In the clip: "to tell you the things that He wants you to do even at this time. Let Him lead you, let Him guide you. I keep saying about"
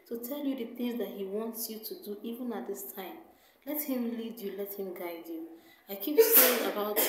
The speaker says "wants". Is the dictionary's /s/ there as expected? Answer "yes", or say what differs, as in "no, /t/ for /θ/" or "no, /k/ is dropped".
yes